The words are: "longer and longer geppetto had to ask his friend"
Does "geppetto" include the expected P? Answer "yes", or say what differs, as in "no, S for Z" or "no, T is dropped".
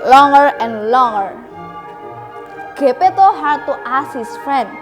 yes